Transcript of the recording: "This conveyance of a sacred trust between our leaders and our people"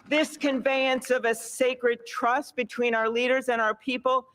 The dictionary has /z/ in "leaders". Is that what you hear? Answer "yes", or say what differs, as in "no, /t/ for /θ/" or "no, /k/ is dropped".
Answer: yes